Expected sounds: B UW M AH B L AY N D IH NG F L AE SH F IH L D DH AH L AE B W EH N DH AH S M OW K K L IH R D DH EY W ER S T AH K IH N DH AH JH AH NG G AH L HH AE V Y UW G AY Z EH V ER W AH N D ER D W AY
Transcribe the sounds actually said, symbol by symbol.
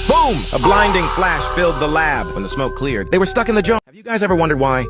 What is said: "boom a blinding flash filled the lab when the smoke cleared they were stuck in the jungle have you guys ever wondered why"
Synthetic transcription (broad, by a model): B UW M AH B L AY N D IH NG F L AE SH F IH L D DH AH L AE B W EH N DH AH S M OW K K L IH R D DH EY W ER S T AH K IH N DH AH JH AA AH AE V Y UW G AY Z EH V ER W AH N D ER D W AY